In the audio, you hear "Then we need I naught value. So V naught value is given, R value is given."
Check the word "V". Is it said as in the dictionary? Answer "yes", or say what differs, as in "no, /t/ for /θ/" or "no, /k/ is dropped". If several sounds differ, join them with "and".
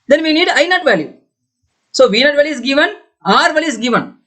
yes